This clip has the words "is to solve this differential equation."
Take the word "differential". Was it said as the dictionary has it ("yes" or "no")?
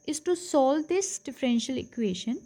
yes